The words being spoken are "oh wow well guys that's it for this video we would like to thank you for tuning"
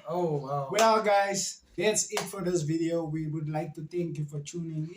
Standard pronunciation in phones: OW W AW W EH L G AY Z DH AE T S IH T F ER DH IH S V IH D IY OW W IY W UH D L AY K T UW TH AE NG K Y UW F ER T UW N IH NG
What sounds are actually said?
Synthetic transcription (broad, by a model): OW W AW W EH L G AY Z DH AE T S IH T F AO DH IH S V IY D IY OW W IY W UH D L AY K T UW T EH NG K Y UW F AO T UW N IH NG